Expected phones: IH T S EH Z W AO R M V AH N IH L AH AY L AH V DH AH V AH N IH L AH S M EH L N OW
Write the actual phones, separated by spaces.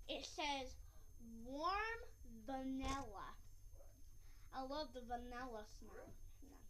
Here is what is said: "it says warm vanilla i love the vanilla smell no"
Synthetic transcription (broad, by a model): IH T S EH Z W AO R M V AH N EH L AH AY L AH V DH AH V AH N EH L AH S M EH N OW